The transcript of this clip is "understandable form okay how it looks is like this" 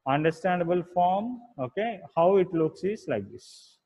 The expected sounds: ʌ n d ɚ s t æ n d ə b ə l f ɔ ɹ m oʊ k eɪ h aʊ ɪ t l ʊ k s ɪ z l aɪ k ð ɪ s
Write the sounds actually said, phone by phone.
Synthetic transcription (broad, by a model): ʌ n d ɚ s t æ n d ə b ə l f ɔ ɹ m oʊ k eɪ h aʊ ɪ t l ʊ k s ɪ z l aɪ k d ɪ s